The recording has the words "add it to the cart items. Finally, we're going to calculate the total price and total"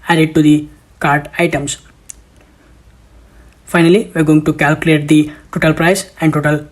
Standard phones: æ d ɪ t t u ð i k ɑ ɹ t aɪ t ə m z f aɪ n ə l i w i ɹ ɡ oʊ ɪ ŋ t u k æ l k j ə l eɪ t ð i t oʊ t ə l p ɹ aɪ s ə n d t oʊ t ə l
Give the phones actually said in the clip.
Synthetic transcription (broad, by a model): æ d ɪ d t u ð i k ɑ ɹ t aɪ t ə m s f aɪ n ə l i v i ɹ ɡ oʊ ɪ ŋ t u k æ l k j ə l eɪ t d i t oʊ t ə l p ɹ aɪ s ə n d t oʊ t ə l